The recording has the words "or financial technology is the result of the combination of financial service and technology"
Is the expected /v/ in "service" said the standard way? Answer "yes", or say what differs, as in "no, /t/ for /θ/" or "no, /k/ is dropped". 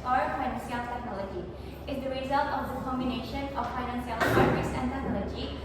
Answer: no, /v/ is dropped